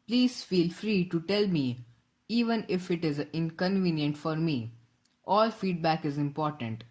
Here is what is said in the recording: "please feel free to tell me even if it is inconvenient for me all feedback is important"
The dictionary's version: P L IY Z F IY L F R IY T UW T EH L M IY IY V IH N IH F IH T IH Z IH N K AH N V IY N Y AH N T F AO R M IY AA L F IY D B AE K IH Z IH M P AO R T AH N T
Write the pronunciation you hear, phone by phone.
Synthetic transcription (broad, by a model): P L IY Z F IY L F R IY T UW T EH L M IY IY V IH N IH F IH T IH Z IH N K AH N V IY N Y AH N T F AO R M IY AA L F IY D B AE K IH Z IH M P AO R T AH N T